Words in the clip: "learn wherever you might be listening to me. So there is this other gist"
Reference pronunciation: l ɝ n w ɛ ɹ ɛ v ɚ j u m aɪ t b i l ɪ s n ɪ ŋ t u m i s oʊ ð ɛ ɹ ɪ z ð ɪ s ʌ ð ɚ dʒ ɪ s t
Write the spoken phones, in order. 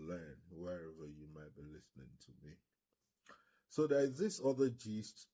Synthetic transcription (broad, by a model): l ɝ n w ɛ ɹ ɛ v ɚ j u m aɪ t b i l ɪ s n ɪ ŋ t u m i s oʊ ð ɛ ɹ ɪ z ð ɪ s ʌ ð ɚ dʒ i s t